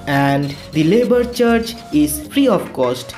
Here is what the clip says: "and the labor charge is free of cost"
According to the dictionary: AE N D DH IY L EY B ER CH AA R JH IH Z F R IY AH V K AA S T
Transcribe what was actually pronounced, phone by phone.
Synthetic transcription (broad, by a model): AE N D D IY L EY B ER CH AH R CH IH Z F R IY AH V K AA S T